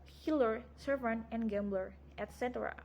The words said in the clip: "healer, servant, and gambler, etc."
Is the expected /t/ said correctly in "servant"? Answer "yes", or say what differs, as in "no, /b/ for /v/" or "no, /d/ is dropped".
no, /t/ is dropped